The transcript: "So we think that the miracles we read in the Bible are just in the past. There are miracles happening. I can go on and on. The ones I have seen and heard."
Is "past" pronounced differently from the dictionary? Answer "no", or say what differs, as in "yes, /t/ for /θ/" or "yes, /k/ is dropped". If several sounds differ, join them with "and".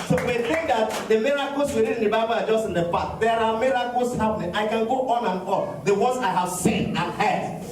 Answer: yes, /s/ is dropped